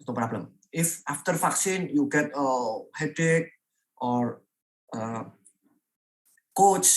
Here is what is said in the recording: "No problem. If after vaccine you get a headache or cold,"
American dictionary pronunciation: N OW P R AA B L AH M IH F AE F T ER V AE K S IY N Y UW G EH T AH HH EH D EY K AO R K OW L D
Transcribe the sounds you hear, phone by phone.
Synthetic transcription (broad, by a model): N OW P R AA B L AH M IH F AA F T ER F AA K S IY N Y UW G EH T AH HH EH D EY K AO R K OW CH